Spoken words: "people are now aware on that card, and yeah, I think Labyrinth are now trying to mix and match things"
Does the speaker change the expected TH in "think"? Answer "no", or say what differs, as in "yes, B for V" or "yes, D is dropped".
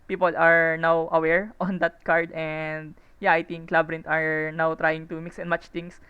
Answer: yes, T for TH